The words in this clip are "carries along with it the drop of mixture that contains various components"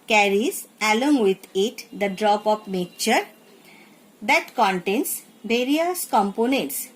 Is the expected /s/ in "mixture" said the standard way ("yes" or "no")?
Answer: no